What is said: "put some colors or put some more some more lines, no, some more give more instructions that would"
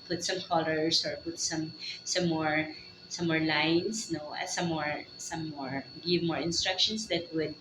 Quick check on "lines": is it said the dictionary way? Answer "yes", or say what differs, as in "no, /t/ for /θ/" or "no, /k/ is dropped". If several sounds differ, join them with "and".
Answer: no, /s/ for /z/